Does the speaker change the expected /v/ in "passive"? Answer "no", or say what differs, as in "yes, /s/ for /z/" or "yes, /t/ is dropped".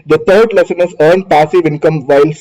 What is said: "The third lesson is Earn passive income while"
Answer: no